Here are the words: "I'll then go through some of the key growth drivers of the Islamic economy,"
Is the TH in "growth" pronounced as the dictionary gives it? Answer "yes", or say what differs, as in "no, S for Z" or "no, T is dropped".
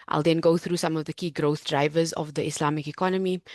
yes